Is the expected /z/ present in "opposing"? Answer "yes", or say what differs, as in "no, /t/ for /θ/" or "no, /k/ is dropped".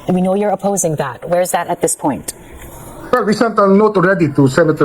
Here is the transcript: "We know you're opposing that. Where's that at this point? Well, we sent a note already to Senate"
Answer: yes